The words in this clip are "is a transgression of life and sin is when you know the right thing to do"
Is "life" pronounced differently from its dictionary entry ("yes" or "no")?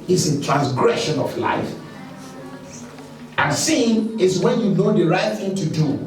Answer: no